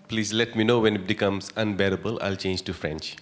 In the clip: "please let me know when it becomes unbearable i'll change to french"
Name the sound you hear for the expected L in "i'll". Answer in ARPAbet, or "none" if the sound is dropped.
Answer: L